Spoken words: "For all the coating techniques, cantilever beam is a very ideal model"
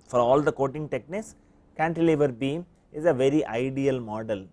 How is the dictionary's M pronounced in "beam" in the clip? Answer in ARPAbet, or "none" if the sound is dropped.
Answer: M